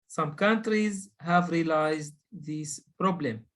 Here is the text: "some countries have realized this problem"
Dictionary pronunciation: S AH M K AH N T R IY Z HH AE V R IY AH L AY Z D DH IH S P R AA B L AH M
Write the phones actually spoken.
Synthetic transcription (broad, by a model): S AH M K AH N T R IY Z HH AE V R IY L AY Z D DH IH S P R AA B L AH M